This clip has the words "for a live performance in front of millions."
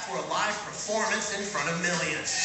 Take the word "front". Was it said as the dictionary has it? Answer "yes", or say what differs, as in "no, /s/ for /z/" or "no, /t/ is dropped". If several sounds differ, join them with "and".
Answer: no, /n/ is dropped